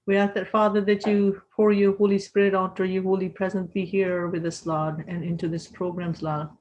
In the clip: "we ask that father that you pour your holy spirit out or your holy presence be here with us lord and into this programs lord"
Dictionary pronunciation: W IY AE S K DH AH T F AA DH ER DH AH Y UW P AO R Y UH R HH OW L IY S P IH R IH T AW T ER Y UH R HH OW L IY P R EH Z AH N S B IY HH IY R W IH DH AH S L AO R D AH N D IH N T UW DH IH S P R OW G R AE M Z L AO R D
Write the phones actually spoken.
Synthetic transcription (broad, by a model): W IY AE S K DH AH T F AA DH ER DH AH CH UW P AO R Y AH R HH OW L IY S P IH R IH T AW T ER Y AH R HH OW L IY P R EH Z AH N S B IY HH IY R W IH DH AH S L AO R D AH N IH N T UW DH IH S P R OW G R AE M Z L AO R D